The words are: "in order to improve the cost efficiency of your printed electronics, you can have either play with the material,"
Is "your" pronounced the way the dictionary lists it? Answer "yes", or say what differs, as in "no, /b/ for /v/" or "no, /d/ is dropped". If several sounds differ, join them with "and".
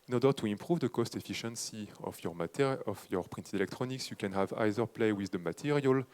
yes